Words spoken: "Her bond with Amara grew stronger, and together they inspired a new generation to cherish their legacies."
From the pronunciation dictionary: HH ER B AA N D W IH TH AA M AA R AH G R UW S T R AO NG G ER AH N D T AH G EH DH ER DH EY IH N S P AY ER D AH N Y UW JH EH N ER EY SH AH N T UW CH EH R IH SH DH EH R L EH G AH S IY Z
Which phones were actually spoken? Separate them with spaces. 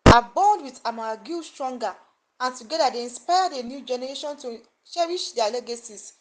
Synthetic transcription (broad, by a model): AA B AA N D W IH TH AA M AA G UW S T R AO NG G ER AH N T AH G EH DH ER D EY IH N S P AY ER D AH N Y UW JH EH N ER EY SH AH N T UW SH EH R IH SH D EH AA L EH G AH S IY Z